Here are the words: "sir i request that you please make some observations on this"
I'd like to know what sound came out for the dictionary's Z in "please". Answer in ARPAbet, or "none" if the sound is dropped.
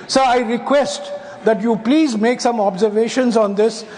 Z